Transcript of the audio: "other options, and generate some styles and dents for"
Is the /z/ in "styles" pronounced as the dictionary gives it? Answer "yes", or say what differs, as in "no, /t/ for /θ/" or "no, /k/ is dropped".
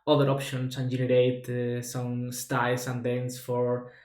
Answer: no, /s/ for /z/